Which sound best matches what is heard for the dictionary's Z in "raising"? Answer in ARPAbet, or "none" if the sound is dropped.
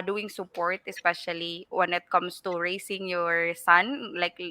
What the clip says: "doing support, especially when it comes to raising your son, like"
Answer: S